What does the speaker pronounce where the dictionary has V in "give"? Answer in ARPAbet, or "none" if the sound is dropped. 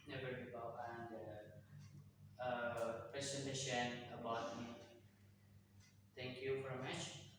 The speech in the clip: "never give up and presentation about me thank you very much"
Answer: B